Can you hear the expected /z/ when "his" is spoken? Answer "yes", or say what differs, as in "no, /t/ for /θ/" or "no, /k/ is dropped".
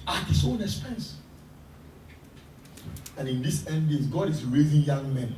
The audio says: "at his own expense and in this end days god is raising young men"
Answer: no, /s/ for /z/